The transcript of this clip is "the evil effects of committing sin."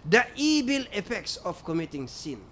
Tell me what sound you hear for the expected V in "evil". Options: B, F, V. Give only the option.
B